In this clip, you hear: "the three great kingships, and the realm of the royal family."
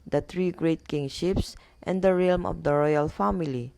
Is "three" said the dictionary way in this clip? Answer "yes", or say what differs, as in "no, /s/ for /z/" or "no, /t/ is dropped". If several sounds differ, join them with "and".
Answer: no, /t/ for /θ/